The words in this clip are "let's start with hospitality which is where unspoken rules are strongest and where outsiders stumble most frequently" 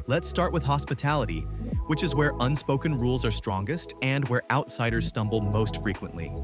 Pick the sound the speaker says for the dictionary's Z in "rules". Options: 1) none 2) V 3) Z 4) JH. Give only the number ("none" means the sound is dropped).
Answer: 3